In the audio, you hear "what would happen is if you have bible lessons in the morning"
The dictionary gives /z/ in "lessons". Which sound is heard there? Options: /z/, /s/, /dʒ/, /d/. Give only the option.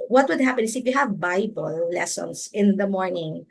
/s/